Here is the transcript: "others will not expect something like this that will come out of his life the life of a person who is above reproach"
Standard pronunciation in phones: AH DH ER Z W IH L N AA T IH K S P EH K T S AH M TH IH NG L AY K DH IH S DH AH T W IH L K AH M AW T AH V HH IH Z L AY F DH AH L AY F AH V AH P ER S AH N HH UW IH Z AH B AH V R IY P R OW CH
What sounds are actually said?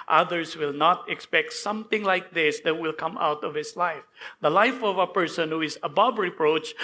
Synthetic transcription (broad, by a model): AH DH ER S W IH L N AA T IH K S P EH K T S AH M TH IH NG L AY K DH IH S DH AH T W IH L K AH M AW T AH V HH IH S L AY F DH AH L AY F AH V AH P ER S AH N HH UW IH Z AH B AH B R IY P R OW CH